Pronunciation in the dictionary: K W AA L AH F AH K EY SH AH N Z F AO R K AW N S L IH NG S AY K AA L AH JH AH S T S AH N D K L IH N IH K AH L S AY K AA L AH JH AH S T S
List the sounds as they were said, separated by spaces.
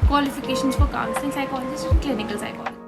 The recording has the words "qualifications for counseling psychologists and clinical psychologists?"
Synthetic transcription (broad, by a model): K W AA L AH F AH K EY SH AH N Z F AO R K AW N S IH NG S AY K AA L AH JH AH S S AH K L IH N IH K AH L S AY K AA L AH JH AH